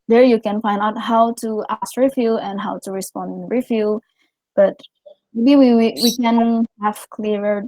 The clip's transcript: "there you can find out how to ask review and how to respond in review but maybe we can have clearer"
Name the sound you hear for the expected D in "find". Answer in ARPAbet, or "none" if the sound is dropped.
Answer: D